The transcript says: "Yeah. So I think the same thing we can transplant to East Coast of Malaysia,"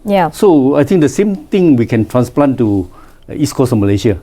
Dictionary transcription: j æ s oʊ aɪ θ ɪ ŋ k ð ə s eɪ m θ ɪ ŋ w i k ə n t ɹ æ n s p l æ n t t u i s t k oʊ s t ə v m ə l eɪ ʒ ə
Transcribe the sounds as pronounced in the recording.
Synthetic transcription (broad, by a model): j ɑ s oʊ aɪ t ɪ ŋ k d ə s eɪ m t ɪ ŋ w i k ə n t ɹ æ n s p l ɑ n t t u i s k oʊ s ə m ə l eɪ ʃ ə